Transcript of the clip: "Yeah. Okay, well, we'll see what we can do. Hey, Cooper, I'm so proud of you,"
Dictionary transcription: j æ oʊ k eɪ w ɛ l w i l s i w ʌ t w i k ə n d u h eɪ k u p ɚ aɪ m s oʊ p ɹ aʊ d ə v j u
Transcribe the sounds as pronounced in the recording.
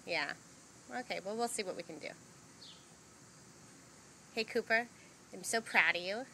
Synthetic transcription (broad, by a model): j æ oʊ k eɪ w ɛ l w i l s i w ʌ t w i k ə n d u h eɪ k u p ɚ aɪ m s oʊ p ɹ aʊ d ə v j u